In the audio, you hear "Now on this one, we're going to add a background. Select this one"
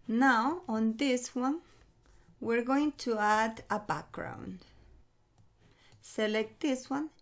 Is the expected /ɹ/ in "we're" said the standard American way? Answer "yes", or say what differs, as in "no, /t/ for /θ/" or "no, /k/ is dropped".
yes